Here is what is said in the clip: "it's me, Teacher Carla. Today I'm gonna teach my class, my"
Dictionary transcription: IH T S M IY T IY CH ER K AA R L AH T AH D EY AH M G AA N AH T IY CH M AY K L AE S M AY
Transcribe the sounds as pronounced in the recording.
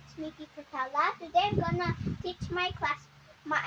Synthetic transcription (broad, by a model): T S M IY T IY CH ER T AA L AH T AH D EY AH M G AA N AH T IY CH M AY K L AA S M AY